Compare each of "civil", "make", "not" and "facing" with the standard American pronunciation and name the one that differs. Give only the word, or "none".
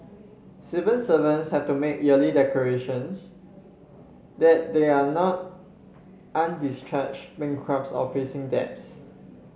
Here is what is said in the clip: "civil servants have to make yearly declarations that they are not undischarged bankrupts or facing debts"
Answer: civil